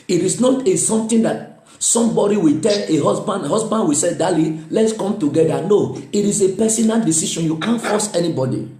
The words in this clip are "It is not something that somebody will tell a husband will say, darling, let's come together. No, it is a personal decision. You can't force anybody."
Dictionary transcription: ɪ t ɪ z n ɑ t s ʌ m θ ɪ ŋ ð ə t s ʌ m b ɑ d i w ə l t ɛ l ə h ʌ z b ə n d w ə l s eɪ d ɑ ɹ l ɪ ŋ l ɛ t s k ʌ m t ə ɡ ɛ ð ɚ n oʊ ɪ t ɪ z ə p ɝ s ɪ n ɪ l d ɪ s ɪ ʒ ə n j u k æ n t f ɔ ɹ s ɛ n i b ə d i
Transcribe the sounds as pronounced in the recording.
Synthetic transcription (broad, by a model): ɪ t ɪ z n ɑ t s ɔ m t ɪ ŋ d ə t s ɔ m b ɑ d i w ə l t ɛ l ə h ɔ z b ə n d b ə w s eɪ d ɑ l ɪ l ɛ t s k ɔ m t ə ɡ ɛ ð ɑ n oʊ ɪ t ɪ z ə p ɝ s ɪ n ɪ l d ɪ s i ʃ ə n j u k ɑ n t f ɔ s ɛ n i b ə d i